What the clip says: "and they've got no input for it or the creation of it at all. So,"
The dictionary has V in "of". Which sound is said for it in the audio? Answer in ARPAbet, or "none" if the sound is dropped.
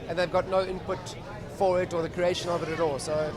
V